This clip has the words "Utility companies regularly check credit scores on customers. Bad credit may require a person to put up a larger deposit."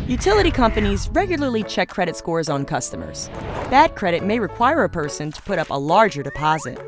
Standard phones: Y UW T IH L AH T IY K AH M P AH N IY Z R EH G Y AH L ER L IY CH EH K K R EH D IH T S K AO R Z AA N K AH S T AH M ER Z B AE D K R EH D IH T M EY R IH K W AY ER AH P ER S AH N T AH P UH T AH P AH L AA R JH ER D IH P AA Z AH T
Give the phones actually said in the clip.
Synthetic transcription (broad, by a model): Y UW T IH L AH T IY K AH M P AH N IY Z R EH G Y L ER L IY CH EH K K R EH D IH T S K AO R Z N K AH S T AH M ER Z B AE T K R EH D IH T M EY R IH K W AY ER AH P ER S AH N T AH P UH T AH P AH L AA R JH ER D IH P AA Z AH T